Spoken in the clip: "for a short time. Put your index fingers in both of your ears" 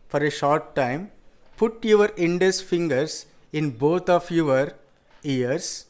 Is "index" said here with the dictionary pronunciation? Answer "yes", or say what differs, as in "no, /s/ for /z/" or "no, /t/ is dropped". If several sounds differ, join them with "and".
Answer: no, /k/ is dropped